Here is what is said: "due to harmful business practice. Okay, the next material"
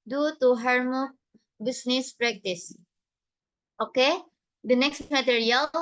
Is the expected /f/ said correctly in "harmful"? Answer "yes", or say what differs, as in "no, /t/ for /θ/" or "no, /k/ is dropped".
no, /f/ is dropped